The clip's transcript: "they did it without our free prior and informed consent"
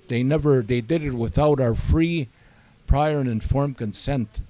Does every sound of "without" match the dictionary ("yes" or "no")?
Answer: yes